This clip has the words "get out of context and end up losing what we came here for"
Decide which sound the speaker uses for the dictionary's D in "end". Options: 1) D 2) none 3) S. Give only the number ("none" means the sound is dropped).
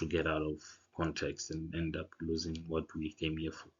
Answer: 1